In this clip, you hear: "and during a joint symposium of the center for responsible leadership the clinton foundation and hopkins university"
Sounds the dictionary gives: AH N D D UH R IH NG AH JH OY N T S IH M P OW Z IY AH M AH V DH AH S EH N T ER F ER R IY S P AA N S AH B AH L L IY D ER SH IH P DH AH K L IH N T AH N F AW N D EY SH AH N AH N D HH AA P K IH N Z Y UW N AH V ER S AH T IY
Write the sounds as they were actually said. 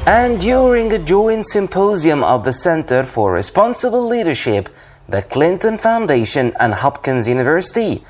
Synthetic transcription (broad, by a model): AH N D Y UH R IH NG AH JH OY N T S IH M P OW Z IY AH M AH V DH AH S EH N T ER F ER R IY S P AA N S AH B AH L L IY D ER SH IH P DH AH K L IH N T AH N F AW N D EY SH AH N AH N HH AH P K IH N Z Y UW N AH V ER S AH T IY